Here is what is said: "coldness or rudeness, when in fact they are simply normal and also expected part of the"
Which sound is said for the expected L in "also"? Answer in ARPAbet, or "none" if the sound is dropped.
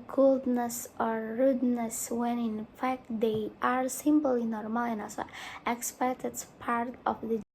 none